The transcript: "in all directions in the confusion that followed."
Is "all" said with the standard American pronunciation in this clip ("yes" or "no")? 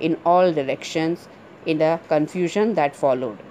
yes